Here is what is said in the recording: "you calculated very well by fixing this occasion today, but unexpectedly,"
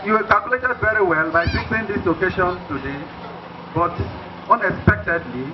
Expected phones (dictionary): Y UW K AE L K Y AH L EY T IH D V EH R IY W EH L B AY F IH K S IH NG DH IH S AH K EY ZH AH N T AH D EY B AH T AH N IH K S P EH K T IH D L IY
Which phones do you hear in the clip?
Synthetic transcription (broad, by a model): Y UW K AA L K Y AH L EY T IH D V EH R IY W EH L B AY P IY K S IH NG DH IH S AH K EY SH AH N T AH D EY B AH T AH N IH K S P EH K T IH D L IY